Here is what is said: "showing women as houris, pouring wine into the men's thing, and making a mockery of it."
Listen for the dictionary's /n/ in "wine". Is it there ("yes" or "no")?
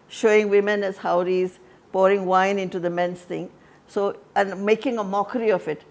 yes